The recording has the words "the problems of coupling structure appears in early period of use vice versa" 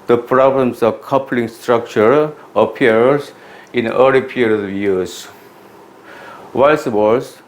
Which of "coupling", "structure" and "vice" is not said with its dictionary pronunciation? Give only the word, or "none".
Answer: vice